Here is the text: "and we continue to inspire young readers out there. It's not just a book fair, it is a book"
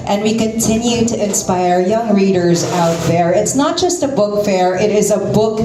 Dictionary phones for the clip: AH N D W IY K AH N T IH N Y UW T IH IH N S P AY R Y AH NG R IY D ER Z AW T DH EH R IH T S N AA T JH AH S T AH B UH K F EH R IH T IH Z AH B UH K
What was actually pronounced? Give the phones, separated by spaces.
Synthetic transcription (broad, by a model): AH N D W IY K AH N T IH N Y UW T IH IH N S P AY R Y AH NG R IY D ER Z AW T DH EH R IH T S N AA T JH AH S T AH B UH K F EH R IH T IH Z AH B UH K